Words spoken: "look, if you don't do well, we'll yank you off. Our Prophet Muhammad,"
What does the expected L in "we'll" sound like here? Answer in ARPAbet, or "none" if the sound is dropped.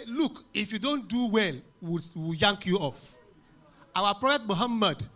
W